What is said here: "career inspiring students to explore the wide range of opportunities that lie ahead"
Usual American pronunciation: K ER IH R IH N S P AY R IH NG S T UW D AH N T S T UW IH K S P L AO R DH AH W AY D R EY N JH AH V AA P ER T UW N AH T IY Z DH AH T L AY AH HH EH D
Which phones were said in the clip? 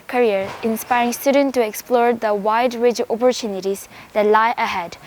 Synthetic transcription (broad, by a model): K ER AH R IH N S P AY R IH NG S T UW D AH N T T UW IH K S P L AO R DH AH W AY D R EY JH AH P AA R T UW N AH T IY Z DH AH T L AY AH HH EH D